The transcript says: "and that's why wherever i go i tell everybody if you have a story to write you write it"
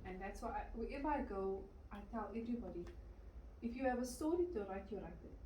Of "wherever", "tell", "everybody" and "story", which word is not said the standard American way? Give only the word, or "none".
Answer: wherever